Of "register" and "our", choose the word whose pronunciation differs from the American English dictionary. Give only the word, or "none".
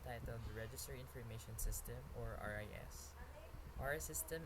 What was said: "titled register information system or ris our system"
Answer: none